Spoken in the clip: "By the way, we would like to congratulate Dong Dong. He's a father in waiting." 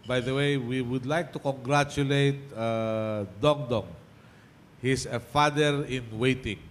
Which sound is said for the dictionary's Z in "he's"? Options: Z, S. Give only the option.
S